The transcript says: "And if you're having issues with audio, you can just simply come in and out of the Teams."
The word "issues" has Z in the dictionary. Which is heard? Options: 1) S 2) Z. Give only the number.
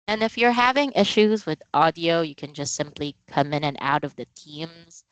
2